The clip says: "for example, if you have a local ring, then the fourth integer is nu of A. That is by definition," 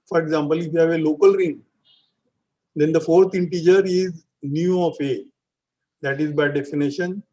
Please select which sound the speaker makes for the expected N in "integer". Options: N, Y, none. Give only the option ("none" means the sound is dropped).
N